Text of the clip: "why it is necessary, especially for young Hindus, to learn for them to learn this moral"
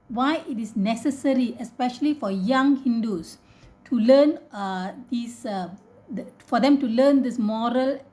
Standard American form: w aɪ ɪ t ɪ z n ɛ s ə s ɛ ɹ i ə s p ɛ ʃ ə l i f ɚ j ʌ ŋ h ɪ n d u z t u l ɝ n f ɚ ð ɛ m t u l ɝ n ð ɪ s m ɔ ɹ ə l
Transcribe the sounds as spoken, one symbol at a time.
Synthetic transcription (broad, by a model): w aɪ ɪ t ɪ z n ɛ s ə s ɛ ɹ i ə s p ɛ ʃ ə l i f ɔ j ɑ ŋ h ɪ n d u s t u l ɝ n f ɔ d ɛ m t u l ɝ n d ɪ s m ɔ ɹ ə l